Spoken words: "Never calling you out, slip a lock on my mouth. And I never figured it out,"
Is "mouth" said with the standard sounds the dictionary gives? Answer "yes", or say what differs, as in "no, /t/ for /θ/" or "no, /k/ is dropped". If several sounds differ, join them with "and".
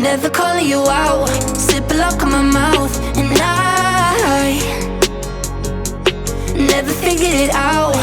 yes